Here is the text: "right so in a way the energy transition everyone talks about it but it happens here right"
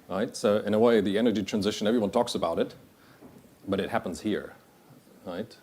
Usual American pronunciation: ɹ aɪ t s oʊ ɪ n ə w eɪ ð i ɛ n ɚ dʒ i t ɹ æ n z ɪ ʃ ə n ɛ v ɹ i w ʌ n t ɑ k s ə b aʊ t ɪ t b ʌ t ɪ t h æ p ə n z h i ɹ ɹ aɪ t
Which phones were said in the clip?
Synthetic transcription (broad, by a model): ɹ aɪ t s oʊ ɪ n ə w eɪ ð i ɛ n ɚ dʒ i t ɹ æ n z ɪ ʃ ə n ɛ v ɹ i w ʌ n t ɑ k s ə b aʊ t ɪ t b ʌ t ɪ t h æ p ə n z h i ɹ ɹ aɪ t